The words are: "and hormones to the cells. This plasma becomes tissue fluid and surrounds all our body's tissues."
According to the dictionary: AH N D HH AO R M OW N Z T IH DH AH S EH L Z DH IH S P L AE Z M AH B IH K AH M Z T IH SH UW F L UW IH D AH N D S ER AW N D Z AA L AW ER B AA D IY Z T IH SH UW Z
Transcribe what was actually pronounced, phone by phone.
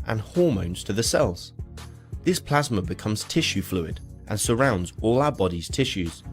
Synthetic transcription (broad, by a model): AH N HH AO R M OW N Z T IH DH AH S EH L Z DH IH S P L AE Z M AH B IH K AH M Z T IH SH UW F L UW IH D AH N S ER AW N D Z AA L AW ER B AA D IY Z T IH SH UW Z